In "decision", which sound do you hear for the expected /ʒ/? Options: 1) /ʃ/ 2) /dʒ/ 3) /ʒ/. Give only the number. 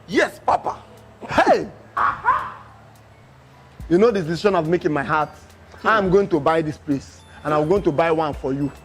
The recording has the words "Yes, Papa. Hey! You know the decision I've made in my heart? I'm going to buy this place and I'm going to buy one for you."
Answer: 1